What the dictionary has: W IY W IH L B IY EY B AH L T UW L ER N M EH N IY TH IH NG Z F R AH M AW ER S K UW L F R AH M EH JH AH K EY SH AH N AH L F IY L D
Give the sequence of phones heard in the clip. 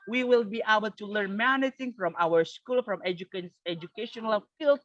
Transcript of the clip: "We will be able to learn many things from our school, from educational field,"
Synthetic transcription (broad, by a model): W IY W IH L B IY EY B AH L T UW L ER N M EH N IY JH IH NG F R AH M AW ER S K UW L F R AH M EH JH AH K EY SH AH N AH L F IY L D